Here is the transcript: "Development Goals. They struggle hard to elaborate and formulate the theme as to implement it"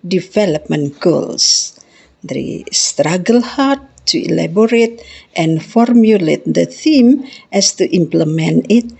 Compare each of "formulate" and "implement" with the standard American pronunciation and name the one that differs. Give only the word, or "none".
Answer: implement